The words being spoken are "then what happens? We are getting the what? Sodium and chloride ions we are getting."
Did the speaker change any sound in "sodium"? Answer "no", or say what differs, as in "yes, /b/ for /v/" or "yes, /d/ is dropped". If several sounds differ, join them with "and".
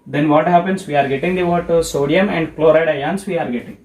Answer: no